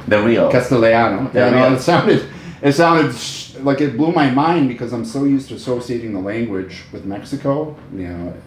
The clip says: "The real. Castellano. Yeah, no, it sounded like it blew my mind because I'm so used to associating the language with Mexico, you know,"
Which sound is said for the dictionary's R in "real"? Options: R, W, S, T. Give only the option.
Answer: W